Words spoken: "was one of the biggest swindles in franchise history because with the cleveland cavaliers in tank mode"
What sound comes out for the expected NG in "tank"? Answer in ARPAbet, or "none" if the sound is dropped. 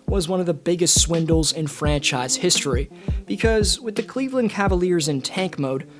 NG